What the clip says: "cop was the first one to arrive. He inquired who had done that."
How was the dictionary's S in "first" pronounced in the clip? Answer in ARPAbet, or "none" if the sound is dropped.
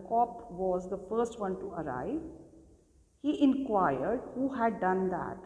S